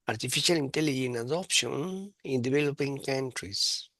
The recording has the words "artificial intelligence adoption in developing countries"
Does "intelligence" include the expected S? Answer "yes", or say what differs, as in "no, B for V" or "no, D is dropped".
no, S is dropped